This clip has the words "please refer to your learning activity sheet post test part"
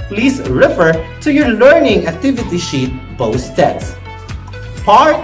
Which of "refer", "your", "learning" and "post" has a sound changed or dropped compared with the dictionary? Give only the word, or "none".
post